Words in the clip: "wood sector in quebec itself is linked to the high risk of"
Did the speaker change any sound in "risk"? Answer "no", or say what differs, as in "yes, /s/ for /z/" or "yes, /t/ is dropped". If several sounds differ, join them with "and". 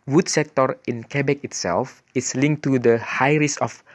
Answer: yes, /k/ is dropped